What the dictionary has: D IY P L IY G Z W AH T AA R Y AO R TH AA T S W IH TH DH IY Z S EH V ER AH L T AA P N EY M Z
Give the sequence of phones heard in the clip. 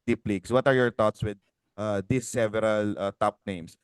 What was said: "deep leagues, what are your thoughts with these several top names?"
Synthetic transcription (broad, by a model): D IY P L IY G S W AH T AA R Y AO R T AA T S W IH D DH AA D S EH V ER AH L T AA P N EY M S